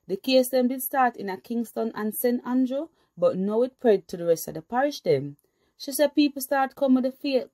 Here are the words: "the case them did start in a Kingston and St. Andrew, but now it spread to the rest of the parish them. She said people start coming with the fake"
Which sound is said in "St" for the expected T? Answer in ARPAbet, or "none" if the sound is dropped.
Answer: T